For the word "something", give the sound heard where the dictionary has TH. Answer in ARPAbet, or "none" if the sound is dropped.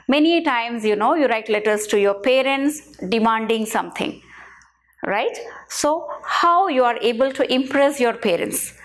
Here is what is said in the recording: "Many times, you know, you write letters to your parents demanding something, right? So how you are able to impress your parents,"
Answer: T